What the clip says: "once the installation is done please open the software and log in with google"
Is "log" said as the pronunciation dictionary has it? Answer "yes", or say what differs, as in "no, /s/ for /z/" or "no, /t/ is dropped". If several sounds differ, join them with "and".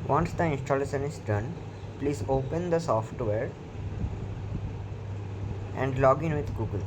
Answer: yes